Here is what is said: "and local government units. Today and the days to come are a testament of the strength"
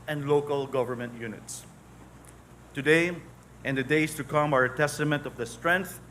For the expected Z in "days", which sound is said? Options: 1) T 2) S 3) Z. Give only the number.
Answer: 2